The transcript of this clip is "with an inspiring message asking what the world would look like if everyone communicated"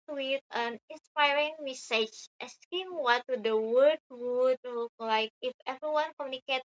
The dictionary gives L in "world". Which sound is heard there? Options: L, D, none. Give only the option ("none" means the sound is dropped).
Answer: none